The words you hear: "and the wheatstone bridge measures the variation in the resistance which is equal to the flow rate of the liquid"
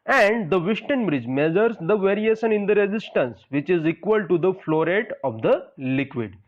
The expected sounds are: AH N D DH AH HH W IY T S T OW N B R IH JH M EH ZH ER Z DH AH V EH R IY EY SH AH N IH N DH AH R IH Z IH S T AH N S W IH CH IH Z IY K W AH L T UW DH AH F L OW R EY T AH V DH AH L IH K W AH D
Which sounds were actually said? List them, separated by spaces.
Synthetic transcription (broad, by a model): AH N D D AH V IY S T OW N B R IH JH M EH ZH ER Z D AH V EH R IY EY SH AH N IH N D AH R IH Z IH S T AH N S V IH CH IH Z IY K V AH L T UW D AH F L OW R EY T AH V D AH L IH K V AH D